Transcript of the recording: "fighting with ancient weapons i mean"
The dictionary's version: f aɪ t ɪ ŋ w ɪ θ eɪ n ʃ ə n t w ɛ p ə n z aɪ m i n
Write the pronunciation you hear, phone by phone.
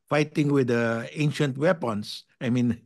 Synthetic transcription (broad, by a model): f aɪ t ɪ ŋ w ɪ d eɪ n ʃ ə n t w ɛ p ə n s aɪ m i n